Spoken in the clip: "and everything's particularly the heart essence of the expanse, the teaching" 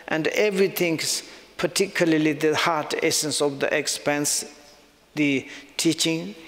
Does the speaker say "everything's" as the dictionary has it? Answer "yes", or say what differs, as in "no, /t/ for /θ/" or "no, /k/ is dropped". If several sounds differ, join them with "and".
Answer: no, /t/ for /θ/